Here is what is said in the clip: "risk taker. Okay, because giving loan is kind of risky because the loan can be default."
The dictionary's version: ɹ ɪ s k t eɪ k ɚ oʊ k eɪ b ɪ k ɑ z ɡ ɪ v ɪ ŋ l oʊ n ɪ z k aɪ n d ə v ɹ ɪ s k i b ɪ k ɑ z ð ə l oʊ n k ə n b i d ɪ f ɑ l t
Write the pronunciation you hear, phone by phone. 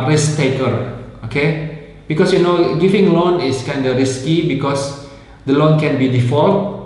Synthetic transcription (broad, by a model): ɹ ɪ s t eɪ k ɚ oʊ k eɪ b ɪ k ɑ s ɡ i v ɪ ŋ l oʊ n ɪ s k aɪ n d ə ɹ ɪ s k i b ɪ k ɑ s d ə l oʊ n k ə n b i d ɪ f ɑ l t